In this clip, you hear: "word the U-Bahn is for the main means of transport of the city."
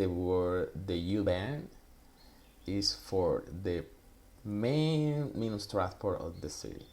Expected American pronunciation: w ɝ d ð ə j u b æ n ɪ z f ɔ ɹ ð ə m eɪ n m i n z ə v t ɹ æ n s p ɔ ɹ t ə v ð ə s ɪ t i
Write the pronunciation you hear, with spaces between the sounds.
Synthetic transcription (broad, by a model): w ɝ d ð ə j u b æ n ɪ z f ɔ ɹ ð ə m eɪ n m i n ə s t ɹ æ s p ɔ ɹ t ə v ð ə s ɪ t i